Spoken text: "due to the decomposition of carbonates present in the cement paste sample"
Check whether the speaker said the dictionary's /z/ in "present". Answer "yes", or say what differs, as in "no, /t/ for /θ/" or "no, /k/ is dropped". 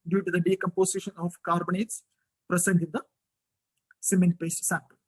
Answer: no, /s/ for /z/